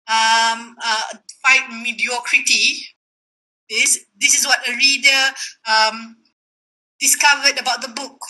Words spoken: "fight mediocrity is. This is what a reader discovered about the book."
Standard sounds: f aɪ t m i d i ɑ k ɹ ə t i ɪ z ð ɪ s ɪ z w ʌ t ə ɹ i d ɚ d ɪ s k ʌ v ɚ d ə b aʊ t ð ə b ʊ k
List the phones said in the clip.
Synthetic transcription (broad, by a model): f aɪ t m i d i ɑ k ɹ ə t i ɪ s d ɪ s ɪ s w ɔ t ə ɹ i d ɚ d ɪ s k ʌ v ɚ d ə b aʊ t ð ə b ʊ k